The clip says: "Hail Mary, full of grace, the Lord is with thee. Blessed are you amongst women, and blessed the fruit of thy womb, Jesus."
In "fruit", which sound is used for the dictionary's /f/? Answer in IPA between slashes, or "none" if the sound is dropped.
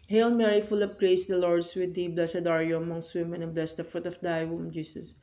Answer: /f/